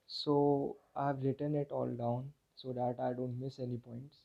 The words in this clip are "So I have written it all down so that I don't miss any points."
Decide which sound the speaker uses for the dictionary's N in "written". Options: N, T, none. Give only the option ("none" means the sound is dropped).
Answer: N